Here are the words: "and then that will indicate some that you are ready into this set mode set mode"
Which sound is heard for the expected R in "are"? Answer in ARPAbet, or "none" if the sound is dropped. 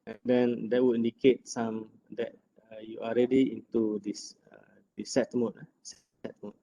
L